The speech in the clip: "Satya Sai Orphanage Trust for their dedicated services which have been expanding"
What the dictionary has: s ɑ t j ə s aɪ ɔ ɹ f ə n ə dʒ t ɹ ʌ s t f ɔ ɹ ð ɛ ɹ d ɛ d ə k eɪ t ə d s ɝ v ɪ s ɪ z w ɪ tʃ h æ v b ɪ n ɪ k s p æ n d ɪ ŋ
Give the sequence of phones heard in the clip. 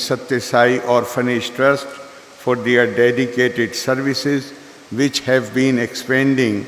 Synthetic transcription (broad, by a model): s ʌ t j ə s aɪ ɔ ɹ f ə n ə ʃ t ɹ ʌ s t f ɔ ɹ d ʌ ɹ d ɛ d ə k eɪ t ə d s ɝ v ɪ s ɪ z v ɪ tʃ h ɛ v b ɪ n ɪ k s p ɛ n d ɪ ŋ